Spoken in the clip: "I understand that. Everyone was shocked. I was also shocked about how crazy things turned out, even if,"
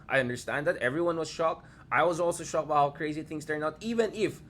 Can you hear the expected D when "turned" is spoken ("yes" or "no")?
no